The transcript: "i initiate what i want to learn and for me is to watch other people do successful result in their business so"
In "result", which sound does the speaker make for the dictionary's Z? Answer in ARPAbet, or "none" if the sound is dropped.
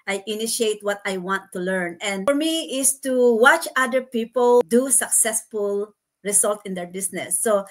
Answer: S